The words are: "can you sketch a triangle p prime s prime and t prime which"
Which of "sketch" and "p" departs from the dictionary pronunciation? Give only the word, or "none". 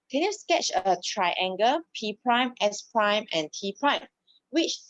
none